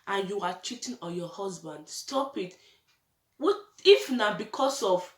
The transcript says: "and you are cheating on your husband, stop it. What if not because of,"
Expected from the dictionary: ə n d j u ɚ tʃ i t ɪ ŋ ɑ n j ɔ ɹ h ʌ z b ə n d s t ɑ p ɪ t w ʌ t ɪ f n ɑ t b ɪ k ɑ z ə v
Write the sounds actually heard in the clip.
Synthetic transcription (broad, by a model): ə n j u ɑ tʃ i t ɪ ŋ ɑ j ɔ h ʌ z b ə n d s t ɑ p ɪ t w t ɪ f n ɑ b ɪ k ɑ s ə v